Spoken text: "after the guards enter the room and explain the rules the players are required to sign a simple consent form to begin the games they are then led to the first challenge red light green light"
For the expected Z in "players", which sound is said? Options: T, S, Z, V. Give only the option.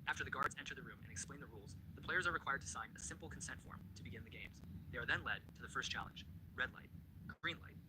Z